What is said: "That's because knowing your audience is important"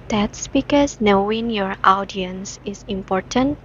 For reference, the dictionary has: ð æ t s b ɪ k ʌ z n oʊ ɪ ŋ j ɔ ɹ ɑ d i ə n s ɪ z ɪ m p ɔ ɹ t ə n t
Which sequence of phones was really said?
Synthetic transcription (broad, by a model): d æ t s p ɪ k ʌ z n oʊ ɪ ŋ j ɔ ɹ ɑ d i ə n s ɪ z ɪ m p ɔ ɹ t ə n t